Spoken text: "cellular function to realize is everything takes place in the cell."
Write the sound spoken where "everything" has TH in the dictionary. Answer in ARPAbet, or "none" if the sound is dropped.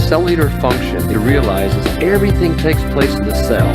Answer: TH